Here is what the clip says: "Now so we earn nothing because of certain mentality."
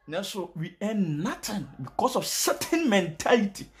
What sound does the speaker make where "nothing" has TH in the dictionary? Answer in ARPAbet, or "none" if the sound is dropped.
T